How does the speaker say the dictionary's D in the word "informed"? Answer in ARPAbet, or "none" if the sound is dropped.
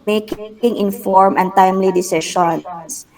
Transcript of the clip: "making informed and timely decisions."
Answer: none